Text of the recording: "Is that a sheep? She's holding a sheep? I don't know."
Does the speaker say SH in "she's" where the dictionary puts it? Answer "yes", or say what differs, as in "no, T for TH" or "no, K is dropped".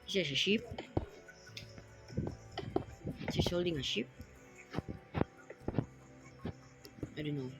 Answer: no, S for SH